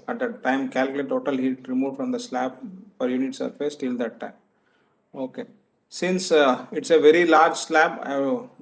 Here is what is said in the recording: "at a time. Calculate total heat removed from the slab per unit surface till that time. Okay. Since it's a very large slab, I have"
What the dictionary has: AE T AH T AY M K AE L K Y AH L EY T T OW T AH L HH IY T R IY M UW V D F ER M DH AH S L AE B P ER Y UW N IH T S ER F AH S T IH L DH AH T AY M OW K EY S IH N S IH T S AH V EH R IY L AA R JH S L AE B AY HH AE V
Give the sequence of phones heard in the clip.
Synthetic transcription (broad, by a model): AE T AH T AY M K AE L K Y L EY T T OW T AH L HH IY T R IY M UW F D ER M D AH S L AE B F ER Y UW N IH T S ER F AH S T IH L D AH T AY M OW K EY S IH N S IH T S AH V EH R IY L AA R JH S L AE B AY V